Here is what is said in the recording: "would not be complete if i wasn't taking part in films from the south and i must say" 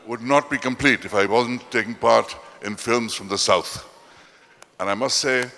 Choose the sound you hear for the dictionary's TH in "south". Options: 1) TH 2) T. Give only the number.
1